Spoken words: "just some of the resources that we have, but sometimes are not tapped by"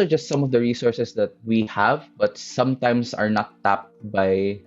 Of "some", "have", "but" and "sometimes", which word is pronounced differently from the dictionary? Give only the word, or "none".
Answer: sometimes